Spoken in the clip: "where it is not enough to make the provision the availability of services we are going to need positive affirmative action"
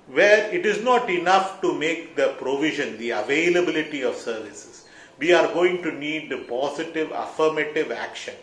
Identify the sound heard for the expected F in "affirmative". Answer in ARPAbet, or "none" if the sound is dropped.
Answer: F